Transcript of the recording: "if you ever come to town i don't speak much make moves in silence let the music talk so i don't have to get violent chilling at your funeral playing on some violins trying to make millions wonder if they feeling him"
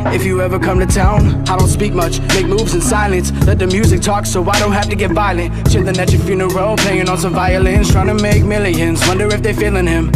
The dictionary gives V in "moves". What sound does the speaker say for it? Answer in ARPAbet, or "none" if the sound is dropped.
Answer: V